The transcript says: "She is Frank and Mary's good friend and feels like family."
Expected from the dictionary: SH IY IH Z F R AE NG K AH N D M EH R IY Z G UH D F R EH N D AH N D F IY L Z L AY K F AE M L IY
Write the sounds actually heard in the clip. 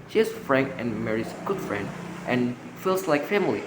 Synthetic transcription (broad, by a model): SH IY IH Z F R AE NG K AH N M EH R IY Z G UH D F R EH N D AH N F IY L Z L AY K F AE M L IY